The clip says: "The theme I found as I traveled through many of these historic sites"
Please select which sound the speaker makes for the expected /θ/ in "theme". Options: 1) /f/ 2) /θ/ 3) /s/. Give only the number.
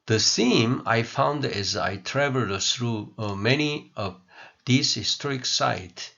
3